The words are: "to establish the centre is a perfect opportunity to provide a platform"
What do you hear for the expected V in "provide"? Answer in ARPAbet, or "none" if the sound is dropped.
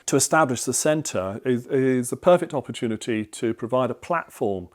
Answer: V